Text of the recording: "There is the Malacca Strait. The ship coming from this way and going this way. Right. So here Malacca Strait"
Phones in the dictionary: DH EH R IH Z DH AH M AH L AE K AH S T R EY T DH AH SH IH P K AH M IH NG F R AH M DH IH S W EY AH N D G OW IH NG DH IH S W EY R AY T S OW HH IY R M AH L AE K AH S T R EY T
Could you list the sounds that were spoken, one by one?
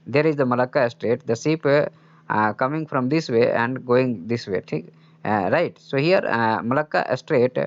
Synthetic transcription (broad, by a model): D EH R IH Z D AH M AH L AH K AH S T R EY T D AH S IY P K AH M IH NG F R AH M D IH S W EY AH N D G OW IH NG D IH S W EY R AY T S OW HH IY R M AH L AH K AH S T R EY T